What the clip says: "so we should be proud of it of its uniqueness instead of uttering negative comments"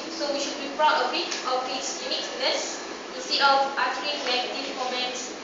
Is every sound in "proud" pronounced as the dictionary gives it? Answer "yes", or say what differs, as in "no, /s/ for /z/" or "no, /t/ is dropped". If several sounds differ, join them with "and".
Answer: no, /b/ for /p/